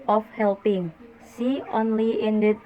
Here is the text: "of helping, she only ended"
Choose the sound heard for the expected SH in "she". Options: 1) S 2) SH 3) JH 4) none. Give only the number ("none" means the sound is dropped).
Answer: 1